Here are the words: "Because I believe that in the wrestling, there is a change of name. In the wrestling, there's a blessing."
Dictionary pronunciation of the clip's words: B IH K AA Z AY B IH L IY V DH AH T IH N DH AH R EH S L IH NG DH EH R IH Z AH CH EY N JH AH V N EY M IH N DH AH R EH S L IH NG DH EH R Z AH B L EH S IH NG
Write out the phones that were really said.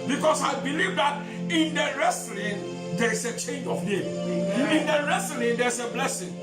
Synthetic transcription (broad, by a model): B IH K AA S AY B IH L IY V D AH T IH N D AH R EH S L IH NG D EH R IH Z AH CH EY N JH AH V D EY IH N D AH R EH S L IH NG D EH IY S AH B L EH S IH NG